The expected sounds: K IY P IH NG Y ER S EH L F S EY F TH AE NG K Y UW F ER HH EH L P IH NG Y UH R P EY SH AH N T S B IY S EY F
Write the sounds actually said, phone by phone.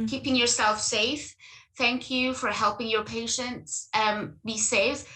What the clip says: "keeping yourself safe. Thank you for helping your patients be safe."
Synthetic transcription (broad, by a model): K IY P IH NG Y ER S EH L F S EY F TH AE NG K Y UW F ER HH EH L P IH NG Y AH R P EY SH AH N T S B IY S EY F